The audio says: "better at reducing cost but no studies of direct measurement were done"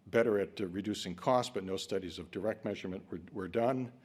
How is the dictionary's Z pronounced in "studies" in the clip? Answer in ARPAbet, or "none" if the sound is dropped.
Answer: Z